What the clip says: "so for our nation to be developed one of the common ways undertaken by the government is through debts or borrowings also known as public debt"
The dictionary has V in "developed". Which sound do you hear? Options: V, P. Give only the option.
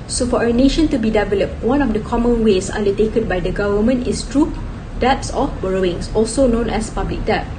V